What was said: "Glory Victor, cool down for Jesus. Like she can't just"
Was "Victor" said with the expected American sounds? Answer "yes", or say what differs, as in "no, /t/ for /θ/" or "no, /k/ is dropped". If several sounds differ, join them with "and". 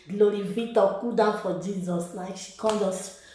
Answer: no, /k/ is dropped